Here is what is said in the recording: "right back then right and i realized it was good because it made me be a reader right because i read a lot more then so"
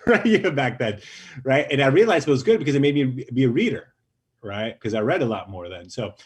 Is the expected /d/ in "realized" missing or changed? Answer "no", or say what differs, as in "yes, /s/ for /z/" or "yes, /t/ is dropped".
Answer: yes, /d/ is dropped